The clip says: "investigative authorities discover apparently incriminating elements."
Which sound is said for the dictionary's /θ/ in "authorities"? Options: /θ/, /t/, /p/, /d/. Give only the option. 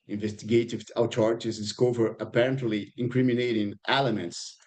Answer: /t/